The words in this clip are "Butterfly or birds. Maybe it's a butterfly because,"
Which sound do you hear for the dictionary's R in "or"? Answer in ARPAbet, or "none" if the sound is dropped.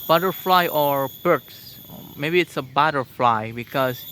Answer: R